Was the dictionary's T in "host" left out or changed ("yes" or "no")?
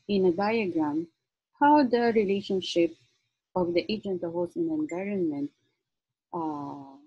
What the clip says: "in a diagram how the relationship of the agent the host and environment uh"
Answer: yes